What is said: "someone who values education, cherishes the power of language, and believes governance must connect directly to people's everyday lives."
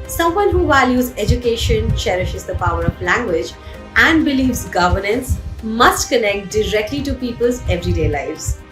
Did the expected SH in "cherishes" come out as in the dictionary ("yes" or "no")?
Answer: yes